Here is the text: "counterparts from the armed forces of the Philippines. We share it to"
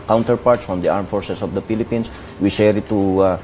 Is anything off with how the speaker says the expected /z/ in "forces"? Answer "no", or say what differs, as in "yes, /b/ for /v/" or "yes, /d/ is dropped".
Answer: yes, /s/ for /z/